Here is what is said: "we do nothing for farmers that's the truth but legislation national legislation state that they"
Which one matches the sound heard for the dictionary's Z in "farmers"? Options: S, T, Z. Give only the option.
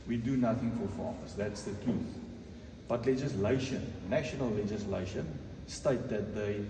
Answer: S